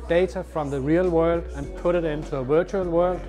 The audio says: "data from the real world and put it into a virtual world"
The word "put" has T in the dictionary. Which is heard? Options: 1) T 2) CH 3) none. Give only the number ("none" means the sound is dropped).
1